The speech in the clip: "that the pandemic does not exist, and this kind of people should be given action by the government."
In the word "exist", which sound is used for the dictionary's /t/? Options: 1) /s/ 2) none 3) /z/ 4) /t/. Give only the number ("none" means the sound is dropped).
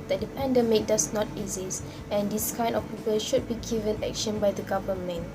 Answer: 2